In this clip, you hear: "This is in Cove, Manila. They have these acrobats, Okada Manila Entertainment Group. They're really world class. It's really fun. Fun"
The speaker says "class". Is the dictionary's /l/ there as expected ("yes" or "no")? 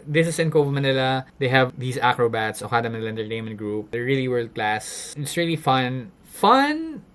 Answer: yes